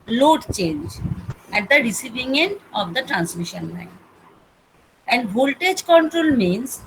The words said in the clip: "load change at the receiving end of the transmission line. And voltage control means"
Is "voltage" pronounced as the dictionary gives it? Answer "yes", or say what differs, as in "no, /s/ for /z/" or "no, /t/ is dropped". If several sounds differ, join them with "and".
yes